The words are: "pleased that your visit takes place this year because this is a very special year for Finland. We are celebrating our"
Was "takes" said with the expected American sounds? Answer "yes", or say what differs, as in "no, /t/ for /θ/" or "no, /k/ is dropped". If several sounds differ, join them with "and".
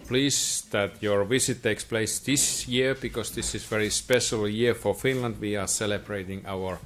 yes